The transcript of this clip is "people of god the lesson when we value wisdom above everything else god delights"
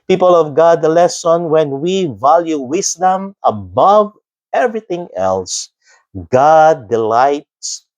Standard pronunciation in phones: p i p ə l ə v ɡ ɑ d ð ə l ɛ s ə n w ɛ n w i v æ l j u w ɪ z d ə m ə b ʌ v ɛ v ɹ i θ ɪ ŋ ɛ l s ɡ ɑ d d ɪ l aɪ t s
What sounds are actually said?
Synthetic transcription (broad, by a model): p i p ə l ə v ɡ ɑ d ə l ɛ s ə n w ɛ n w i v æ l j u w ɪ s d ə m ə b ʌ v ɛ v ɹ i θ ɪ ŋ ɛ l s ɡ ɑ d d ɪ l aɪ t s